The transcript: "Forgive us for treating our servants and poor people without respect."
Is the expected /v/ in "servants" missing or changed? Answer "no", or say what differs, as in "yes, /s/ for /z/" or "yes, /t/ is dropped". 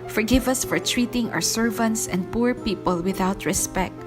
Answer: no